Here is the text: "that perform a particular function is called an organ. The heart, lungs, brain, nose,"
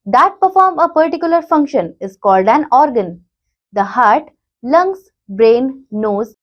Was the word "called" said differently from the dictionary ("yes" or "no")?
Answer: no